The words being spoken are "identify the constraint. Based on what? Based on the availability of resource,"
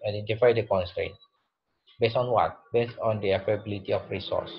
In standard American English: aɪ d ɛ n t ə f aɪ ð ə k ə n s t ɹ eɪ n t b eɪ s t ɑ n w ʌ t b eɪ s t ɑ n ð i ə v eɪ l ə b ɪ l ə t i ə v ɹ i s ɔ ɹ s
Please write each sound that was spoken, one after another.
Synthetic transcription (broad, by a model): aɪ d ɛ n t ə f aɪ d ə k ə n s t ɹ eɪ n t b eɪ s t ɑ n w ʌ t b eɪ s t ɑ n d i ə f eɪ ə b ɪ l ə t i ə f ɹ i s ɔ s